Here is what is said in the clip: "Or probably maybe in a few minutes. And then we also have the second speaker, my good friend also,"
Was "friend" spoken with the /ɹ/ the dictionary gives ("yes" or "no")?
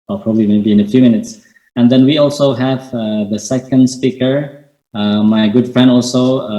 yes